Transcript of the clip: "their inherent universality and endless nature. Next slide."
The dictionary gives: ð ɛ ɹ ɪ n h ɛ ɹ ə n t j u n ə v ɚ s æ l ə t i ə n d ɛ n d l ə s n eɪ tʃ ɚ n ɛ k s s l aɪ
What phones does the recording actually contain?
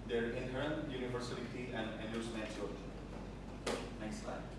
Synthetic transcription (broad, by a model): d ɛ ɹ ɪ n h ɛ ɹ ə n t j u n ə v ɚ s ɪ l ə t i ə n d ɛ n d ə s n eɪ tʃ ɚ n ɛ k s s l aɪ